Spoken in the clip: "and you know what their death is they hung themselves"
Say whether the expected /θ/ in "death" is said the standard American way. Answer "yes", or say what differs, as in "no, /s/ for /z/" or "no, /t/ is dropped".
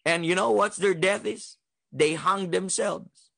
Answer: yes